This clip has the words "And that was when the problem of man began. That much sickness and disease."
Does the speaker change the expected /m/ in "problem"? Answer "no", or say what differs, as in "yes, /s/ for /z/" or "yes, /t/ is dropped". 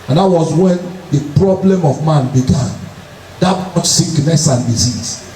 no